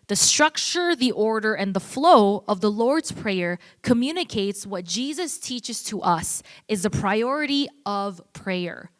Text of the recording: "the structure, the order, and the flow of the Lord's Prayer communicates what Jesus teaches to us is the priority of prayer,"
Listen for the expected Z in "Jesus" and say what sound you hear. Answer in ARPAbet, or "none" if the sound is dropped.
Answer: Z